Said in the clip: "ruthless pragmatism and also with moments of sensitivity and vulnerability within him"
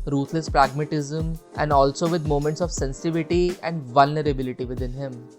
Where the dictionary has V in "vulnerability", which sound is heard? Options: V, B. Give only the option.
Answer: V